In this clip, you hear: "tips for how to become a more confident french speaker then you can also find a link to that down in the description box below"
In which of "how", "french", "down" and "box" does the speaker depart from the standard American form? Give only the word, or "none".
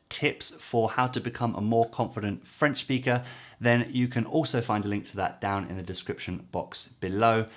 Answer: none